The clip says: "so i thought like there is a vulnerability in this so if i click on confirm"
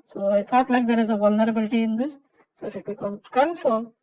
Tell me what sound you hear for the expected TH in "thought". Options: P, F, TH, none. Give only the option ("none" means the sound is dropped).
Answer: F